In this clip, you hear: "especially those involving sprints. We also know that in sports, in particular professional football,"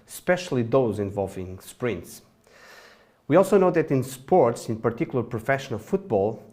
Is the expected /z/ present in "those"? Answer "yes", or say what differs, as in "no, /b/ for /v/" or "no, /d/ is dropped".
yes